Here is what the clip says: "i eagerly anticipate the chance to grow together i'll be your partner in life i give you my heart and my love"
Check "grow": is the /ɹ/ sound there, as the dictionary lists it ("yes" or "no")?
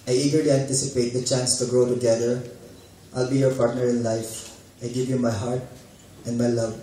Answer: yes